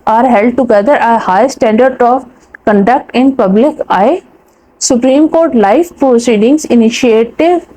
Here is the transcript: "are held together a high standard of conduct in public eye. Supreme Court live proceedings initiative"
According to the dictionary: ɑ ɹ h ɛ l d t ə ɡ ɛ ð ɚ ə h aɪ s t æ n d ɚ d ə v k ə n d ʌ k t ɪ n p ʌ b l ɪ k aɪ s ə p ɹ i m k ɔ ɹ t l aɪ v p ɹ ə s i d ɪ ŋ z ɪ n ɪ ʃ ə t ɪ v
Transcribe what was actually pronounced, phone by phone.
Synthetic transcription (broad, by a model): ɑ ɹ h ɛ l d t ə ɡ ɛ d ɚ ə h aɪ s t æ n d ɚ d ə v k ə n d ʌ k t ɪ n p ʌ b l ɪ k aɪ s ə p ɹ i m k ɔ ɹ t l aɪ f p ɹ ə s i d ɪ ŋ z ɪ n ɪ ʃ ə t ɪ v